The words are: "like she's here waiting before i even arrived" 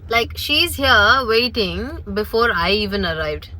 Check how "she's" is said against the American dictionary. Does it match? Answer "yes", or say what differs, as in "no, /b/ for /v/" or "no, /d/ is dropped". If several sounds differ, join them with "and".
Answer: yes